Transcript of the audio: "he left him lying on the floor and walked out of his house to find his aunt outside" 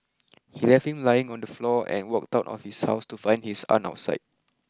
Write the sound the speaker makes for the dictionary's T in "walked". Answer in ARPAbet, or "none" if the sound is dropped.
T